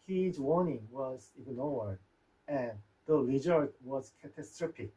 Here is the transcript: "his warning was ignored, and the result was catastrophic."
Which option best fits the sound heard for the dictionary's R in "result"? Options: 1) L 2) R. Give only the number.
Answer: 1